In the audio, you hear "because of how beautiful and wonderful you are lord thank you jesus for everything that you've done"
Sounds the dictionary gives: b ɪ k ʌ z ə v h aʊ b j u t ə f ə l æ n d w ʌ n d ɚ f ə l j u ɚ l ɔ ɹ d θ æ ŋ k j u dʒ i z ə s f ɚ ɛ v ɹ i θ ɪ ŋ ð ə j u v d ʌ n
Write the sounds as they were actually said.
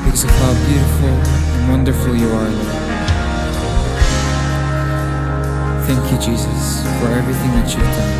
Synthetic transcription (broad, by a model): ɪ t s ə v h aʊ b j u t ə f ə l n w ʌ n d ɚ f l j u ɚ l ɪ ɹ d θ æ ŋ k j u dʒ i z ə s f ɚ ɛ v ɹ i θ ɪ ŋ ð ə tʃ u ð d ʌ